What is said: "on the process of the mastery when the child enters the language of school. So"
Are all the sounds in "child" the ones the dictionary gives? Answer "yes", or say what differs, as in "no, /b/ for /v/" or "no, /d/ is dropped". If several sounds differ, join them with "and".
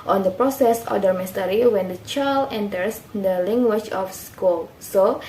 no, /d/ is dropped